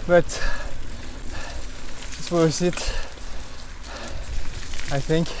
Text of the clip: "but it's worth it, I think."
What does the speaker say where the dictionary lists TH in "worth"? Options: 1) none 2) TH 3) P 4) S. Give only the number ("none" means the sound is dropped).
4